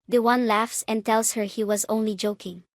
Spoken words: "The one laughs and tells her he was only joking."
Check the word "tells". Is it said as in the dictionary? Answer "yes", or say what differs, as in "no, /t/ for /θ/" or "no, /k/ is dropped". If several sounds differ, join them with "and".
no, /s/ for /z/